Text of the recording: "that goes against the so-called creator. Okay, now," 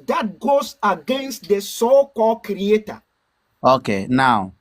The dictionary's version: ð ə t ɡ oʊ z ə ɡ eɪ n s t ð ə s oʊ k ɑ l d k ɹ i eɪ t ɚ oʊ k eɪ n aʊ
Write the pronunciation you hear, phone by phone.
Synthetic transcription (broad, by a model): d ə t ɡ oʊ s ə ɡ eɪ n s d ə s oʊ k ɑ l k ɹ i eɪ t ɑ oʊ k eɪ n aʊ